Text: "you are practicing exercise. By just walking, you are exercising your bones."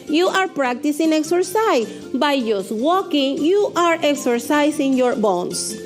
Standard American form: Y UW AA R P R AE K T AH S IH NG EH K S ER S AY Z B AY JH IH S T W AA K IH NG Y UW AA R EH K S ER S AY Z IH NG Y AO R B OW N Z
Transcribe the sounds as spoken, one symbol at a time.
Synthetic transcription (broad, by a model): Y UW AA R P R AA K T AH S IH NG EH K S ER S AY B AY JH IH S W AA K IH NG Y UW AA R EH K S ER S AY S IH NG Y AO R B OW N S